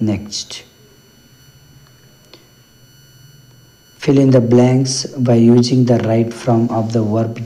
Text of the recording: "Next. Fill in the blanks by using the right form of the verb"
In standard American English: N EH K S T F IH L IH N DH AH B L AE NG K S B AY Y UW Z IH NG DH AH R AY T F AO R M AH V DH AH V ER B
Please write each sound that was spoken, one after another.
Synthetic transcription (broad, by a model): N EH K S T F IH L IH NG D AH B L AE NG K S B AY Y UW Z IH NG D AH R AY T F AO M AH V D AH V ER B